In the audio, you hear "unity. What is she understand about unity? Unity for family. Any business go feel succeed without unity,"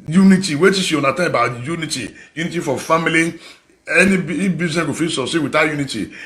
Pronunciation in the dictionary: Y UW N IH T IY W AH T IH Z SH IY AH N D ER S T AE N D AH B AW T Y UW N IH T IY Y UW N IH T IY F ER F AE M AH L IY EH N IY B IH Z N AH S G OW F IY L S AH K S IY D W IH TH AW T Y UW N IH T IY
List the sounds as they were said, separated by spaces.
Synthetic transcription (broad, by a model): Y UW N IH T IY W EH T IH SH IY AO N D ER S T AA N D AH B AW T Y UW N IH T IY Y UW N IH T IY F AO F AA M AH L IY EH N IY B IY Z AH G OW F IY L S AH S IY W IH T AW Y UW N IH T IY